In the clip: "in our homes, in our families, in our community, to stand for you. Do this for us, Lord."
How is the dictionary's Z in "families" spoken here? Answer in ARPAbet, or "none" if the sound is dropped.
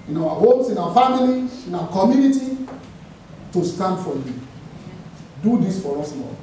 none